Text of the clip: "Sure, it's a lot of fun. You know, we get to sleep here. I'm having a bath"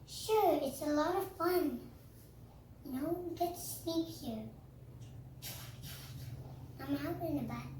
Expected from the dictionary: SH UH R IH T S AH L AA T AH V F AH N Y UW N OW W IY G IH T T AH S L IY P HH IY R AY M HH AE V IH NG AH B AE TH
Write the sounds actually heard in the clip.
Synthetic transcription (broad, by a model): SH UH R IH T S AH L AA T AH V F AH N N OW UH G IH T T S N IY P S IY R AY M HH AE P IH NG AH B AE